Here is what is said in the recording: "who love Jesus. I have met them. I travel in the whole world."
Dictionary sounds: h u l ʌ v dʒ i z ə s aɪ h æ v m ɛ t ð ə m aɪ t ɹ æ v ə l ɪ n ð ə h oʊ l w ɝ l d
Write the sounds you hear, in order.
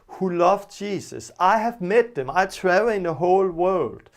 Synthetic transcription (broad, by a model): h u l ʌ v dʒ i s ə s aɪ h æ v m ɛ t ð ə m aɪ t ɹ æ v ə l ɪ n ð ə h oʊ l w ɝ l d